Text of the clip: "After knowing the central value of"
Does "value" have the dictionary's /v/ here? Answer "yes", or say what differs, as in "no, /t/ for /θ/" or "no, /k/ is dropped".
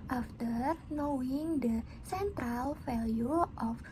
no, /f/ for /v/